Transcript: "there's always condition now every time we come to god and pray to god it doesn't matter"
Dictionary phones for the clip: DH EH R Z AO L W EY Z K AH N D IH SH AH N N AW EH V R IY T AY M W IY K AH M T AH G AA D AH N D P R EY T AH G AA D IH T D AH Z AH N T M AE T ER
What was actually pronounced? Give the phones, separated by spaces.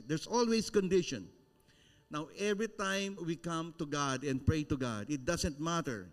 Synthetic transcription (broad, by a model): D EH R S AO L W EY S K AH N D IH SH AH N N AW EH V R IY T AY M W IY K AH M T AH G AA D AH N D P R EY T AH G AA D IH T D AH S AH N T M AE T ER